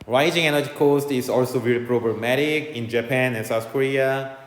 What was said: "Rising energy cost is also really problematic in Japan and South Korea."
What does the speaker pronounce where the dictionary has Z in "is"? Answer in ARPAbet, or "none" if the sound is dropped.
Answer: S